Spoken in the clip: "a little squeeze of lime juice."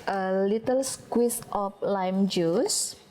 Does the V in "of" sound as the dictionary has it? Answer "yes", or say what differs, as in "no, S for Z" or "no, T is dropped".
no, P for V